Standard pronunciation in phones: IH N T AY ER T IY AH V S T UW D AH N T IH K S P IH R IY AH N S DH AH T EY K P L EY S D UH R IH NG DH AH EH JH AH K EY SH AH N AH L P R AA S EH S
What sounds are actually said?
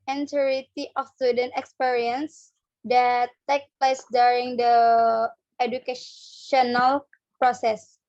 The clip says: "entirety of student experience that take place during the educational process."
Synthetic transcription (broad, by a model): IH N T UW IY T IY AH F S T UW D AH N T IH K S P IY R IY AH N S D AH T EY K P L EY S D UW R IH NG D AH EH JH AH K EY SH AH N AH L P R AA S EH S